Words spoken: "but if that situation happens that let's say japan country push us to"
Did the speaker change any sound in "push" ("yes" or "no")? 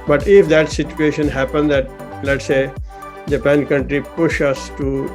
no